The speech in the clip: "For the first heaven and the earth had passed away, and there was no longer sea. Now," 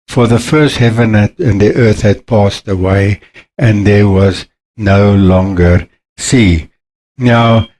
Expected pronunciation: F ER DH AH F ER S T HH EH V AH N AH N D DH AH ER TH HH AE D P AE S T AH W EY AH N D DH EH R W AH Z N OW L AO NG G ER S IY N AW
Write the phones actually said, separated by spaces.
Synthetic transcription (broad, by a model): F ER DH AH F ER S T HH EH V AH N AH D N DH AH ER TH HH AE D P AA S T AH W EY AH N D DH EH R W AH Z N OW L AO NG G ER S IY N AW